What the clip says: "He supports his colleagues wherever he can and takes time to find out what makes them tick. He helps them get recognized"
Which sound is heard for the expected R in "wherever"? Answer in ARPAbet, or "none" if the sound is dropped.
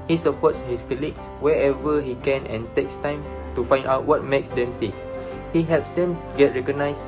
none